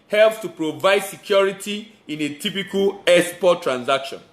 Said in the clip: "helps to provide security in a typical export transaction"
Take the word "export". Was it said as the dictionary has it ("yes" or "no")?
no